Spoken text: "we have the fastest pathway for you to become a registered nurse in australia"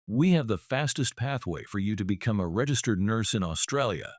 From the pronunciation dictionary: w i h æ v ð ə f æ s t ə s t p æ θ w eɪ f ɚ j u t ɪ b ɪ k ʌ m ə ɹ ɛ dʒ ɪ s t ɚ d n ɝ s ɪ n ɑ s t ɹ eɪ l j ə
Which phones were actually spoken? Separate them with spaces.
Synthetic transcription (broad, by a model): w i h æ v ð ə f æ s t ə s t p æ θ w eɪ f ɚ j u t ɪ b ɪ k ʌ m ə ɹ ɛ dʒ ɪ s t ɚ d n ɝ s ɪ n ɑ s t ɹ eɪ l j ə